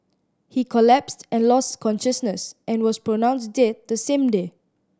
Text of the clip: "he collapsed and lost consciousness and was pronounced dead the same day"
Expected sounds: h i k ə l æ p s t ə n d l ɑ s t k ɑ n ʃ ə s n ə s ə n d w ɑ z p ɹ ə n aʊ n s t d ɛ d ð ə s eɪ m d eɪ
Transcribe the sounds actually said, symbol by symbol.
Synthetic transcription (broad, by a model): h i k ə l æ p s t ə n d l ɑ s t k ɑ n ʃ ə s n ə s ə n w ɑ s p ɹ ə n aʊ n s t d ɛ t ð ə s eɪ m d eɪ